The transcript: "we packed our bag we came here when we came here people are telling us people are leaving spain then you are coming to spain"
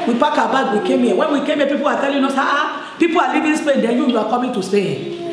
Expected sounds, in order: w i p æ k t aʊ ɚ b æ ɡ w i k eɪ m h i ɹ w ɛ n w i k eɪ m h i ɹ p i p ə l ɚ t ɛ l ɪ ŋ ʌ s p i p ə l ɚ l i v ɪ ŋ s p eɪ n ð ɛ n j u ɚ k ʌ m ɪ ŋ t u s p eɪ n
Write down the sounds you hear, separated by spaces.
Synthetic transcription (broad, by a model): w i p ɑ k aʊ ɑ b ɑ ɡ w i k eɪ m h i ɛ w ɛ n w i k eɪ m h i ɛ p i p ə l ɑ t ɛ l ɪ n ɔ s p i p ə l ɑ l i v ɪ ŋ s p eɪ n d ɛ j j u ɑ k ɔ m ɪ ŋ t u s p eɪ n